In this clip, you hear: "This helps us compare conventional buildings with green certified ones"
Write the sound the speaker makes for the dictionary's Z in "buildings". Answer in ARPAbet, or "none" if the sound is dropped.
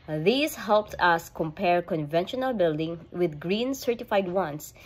none